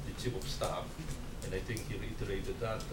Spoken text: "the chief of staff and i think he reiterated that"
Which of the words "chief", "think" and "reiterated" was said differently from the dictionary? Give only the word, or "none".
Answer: chief